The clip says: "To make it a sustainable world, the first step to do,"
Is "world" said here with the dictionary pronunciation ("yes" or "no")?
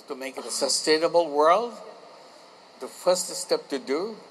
yes